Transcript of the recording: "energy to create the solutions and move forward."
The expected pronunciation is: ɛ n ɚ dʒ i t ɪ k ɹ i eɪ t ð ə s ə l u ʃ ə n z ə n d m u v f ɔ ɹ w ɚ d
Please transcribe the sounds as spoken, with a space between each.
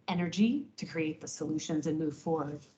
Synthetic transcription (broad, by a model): ɛ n ɚ dʒ i t ɪ k ɹ i eɪ t ð ə s ə l u ʃ ə n z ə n m u v f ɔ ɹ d